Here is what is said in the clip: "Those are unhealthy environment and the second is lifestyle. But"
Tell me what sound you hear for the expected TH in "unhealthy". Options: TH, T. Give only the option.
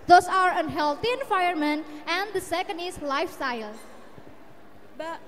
T